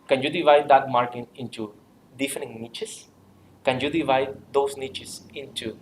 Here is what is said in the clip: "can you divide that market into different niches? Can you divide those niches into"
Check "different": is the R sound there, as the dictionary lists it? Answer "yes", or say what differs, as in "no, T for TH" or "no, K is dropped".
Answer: no, R is dropped